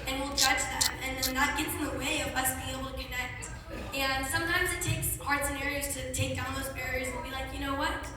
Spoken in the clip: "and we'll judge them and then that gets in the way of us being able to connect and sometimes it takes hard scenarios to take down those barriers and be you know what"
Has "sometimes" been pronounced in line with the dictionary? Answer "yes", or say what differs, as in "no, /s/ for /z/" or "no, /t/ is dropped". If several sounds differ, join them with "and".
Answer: yes